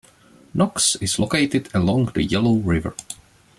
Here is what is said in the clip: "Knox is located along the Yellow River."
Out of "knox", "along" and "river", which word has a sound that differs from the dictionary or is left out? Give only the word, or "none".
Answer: none